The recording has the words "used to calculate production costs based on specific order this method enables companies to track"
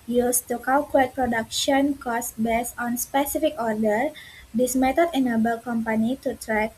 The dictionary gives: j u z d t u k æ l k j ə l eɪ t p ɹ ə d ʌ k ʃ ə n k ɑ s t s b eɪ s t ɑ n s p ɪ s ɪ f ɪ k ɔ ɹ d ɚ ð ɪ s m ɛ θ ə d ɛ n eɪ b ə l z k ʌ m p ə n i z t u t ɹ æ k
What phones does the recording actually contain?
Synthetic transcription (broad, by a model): j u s t u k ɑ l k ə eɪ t p ɹ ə d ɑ k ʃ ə n k ɑ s s b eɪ s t ɑ n s p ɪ s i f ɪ k ɔ ɹ d ɚ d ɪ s m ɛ t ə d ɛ n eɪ b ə l k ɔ m p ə n i t u t ɹ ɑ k